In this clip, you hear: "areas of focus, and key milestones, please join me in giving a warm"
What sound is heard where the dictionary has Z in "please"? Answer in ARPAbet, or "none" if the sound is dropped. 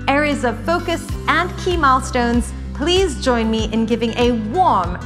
Z